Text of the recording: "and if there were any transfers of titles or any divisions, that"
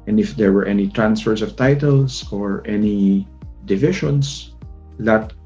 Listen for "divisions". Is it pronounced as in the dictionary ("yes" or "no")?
no